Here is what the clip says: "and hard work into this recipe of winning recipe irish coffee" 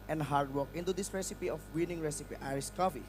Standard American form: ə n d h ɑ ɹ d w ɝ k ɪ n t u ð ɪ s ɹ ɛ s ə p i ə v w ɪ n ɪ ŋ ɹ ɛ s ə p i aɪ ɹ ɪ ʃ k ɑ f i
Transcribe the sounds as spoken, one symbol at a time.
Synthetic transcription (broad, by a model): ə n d h ɑ ɹ d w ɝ k ɪ n t u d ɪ s ɹ ɛ s ə p i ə f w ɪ n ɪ ŋ ɹ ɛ s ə p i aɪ ɹ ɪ s k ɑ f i